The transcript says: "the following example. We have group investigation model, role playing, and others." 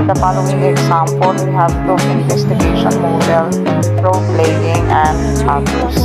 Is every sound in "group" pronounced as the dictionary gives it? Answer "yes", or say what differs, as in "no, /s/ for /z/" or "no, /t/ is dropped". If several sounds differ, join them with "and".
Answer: no, /p/ is dropped